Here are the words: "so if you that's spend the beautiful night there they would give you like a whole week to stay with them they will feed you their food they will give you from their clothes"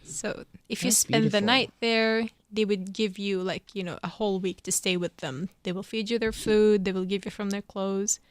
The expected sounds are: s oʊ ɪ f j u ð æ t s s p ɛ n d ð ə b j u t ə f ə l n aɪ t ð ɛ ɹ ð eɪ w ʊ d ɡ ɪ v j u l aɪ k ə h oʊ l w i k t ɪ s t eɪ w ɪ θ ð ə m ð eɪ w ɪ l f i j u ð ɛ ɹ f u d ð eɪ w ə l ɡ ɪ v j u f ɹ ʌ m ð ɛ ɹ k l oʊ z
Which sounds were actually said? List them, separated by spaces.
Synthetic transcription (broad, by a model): s oʊ ɪ f j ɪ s s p ɛ n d ð ə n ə ə t ð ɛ ɹ ð eɪ w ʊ d ɡ ɪ v j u l aɪ k ə h oʊ l w i k t ɪ s t eɪ w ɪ ð ə m ð eɪ w ɪ l f i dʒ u ð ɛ ɹ f u d ð eɪ w ə l ɡ ɪ v j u f ɹ ʌ m ð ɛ ɹ k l oʊ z